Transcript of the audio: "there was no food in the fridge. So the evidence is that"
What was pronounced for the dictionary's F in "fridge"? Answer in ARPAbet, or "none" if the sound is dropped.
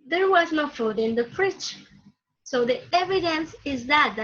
P